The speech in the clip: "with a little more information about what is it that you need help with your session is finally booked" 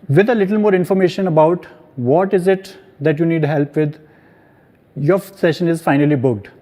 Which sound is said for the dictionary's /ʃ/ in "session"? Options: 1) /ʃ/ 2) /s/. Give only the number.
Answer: 1